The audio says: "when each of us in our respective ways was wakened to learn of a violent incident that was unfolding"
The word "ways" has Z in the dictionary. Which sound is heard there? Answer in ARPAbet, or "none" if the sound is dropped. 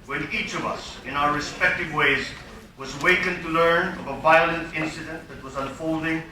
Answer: Z